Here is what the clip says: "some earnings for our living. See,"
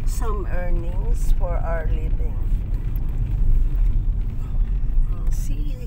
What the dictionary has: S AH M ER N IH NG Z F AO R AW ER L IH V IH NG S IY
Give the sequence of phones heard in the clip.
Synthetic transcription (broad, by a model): S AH M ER N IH NG S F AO R AW ER L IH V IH NG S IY